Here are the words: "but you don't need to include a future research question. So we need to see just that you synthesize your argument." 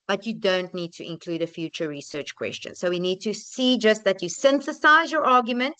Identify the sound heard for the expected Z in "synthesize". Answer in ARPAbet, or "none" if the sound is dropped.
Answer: Z